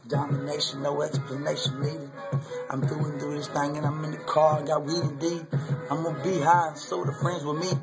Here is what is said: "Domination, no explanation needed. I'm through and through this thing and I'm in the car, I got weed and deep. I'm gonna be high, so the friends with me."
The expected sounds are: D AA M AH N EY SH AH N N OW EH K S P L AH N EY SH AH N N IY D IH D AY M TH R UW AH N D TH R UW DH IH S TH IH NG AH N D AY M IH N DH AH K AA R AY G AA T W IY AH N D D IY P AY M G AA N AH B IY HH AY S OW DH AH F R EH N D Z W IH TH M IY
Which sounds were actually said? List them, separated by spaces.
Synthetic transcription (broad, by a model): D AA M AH N EY SH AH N N OW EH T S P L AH N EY SH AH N L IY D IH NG AY M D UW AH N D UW DH IH S TH IH NG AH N AY M IH N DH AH K AA R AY G AA T W IY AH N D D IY AY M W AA AH B IY HH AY S OW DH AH F R EH N D Z W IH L M IY